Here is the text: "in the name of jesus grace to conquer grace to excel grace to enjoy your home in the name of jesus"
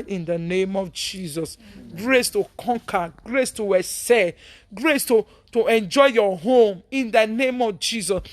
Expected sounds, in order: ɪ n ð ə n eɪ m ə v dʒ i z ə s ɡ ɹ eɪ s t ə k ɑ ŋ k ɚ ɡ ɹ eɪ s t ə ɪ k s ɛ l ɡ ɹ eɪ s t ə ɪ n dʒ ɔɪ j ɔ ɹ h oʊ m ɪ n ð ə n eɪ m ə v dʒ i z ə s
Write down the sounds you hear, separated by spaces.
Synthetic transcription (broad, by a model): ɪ n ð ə n eɪ m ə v dʒ i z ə s ɡ ɹ eɪ s t ə k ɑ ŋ k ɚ ɡ ɹ eɪ s t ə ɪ s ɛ ɡ ɹ eɪ s t ə ɪ n dʒ ɔɪ j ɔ h oʊ m ɪ n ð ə n eɪ m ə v dʒ i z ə s